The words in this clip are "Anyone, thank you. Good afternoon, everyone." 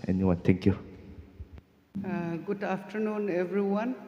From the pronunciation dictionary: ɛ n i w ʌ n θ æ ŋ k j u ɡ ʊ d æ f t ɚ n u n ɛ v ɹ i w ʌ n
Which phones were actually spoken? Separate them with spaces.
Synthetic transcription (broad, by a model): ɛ n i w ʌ n t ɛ ŋ k j u ɡ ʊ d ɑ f t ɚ n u n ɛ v ɹ i w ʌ n